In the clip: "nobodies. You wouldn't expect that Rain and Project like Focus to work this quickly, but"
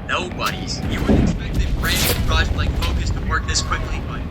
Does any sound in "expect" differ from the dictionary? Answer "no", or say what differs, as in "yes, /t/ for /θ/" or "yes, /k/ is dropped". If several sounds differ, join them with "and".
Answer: yes, /p/ is dropped